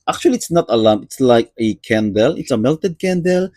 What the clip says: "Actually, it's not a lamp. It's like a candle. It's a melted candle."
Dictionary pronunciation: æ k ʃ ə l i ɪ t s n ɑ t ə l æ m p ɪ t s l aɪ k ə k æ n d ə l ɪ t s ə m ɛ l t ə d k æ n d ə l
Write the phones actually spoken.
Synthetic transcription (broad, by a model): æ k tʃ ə l i t s n ɑ t ə l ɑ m ɪ t s l aɪ k ə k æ n d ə l ɪ t s ə m ɛ l t ə d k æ n d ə l